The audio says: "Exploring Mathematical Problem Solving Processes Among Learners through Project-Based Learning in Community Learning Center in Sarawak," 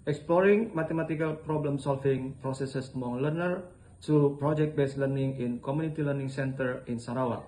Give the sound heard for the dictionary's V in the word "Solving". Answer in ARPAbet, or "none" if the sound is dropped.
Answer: F